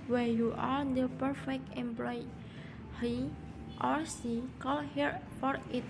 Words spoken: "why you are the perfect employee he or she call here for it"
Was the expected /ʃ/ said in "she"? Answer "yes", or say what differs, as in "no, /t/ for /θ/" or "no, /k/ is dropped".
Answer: no, /s/ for /ʃ/